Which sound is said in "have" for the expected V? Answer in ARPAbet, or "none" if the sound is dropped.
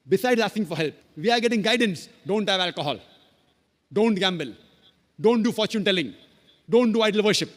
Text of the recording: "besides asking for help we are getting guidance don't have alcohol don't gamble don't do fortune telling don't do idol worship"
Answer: V